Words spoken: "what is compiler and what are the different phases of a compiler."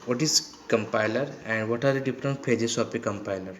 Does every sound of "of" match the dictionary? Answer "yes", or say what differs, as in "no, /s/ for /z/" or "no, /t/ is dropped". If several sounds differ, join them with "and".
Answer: no, /p/ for /v/